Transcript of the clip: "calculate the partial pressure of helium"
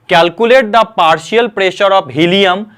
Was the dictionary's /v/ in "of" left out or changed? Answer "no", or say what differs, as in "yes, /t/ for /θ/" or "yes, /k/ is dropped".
yes, /p/ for /v/